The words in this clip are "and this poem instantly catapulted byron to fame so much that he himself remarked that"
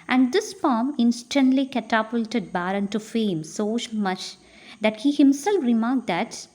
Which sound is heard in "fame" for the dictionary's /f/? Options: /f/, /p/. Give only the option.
/f/